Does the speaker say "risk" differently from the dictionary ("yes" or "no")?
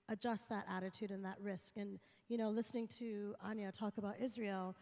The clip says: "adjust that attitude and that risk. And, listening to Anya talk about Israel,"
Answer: no